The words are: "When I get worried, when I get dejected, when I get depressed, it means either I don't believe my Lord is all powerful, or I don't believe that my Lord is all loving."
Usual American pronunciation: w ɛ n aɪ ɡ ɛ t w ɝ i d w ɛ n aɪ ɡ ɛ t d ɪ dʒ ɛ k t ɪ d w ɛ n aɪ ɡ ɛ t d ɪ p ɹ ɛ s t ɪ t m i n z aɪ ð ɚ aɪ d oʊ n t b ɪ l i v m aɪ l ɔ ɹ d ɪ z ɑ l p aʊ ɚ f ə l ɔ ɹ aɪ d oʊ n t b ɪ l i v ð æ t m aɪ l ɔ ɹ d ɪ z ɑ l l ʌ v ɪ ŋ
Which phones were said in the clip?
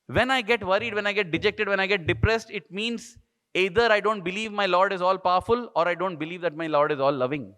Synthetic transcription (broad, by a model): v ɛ n aɪ ɡ ɛ t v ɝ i d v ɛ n aɪ ɡ ɛ t d ɪ dʒ ɛ k t ɪ d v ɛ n aɪ ɡ ɛ t d ɪ p ɹ ɛ s t ɪ t m i n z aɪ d ɚ aɪ d oʊ n t b ɪ l i v m aɪ l ɔ ɹ d ɪ z ɑ l p aʊ ɚ f ə l ɔ ɹ aɪ d oʊ n t b ɪ l i v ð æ t m aɪ l ɔ ɹ d ɪ z ɑ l l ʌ v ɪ ŋ